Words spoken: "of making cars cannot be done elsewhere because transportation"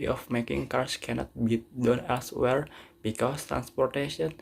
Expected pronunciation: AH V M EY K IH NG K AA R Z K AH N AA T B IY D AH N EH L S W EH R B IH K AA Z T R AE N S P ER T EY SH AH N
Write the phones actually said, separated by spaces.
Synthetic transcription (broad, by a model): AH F M EY K IH NG K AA R S K AH N AA T B IY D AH N EH L S W EH R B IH K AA S T R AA N S P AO T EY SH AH N